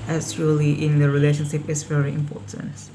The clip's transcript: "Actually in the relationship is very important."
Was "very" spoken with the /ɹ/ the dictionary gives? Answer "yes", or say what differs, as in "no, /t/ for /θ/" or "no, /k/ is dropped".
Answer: yes